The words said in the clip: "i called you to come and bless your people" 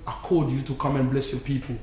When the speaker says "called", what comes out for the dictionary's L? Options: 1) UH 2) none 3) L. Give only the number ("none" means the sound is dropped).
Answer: 2